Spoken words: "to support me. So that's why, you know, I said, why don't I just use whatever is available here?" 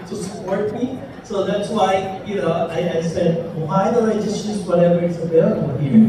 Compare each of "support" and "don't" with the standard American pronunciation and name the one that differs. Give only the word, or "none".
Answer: don't